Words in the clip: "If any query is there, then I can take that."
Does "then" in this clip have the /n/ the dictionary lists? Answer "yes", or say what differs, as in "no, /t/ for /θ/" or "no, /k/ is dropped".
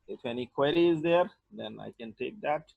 yes